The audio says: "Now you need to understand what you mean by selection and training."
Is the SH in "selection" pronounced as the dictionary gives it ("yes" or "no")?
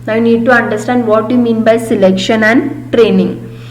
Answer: yes